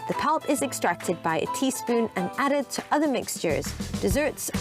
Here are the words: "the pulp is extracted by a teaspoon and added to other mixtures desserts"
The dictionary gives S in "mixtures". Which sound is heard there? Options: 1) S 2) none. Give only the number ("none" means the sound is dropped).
1